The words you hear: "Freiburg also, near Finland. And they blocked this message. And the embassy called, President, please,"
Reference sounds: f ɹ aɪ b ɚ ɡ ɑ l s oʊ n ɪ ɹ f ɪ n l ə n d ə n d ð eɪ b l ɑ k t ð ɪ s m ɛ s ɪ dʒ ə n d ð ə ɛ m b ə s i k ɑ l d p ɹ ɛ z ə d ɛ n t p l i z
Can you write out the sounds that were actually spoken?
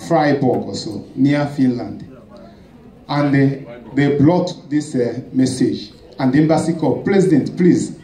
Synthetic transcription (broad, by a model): f ɹ aɪ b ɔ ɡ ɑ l s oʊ n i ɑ f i n l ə n d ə n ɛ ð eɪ b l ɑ t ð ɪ s m ɛ s ɪ dʒ ə n d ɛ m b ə s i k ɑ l p ɹ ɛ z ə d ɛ n t p l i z